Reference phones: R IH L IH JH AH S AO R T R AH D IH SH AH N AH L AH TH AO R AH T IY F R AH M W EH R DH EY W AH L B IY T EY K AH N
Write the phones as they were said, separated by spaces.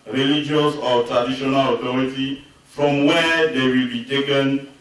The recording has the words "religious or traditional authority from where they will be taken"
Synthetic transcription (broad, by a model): R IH L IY JH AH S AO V T R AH D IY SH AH N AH L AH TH AO R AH T IY F R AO M W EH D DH EY W AH L B IY T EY K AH N